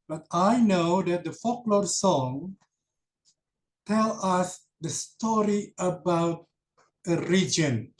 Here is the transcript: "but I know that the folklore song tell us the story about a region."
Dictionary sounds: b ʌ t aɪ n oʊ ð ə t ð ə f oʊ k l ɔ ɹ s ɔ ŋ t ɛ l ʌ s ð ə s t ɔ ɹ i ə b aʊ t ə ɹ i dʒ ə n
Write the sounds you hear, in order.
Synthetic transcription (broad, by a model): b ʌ t aɪ n oʊ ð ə t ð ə f oʊ k l ɔ ɹ s ɔ ŋ t ɛ l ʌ s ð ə s t ɔ ɹ i ə b aʊ t ə ɹ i dʒ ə n